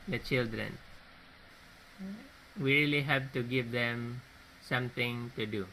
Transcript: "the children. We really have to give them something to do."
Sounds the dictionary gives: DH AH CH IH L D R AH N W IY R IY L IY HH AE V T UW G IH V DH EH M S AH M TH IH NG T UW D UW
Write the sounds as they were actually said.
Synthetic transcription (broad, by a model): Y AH CH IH L D R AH N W IY R IY L IY HH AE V T UW G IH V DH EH M S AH M T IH NG T UW D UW